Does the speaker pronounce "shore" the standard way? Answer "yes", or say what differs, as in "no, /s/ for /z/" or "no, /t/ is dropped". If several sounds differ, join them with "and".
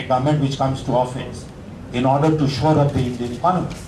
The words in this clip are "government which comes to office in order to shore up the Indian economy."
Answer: yes